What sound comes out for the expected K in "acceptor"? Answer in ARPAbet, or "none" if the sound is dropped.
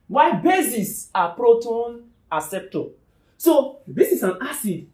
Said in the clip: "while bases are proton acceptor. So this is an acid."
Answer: none